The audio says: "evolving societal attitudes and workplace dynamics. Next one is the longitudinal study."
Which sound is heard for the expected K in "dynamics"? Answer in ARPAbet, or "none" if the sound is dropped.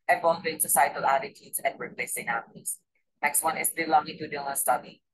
none